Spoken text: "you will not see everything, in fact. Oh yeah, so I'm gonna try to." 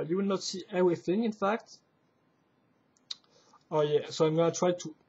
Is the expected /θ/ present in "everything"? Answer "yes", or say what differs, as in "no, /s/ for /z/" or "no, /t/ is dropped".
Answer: yes